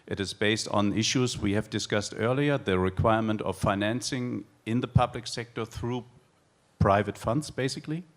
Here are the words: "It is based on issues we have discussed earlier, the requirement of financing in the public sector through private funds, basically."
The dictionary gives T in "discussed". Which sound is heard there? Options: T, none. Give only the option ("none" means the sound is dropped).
T